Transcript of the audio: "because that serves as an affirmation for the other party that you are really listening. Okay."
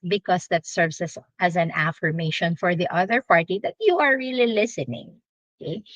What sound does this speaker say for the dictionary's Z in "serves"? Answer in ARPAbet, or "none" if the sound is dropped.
S